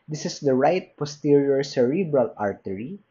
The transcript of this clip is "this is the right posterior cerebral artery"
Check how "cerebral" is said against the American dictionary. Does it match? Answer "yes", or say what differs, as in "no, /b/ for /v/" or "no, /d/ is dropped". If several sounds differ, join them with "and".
yes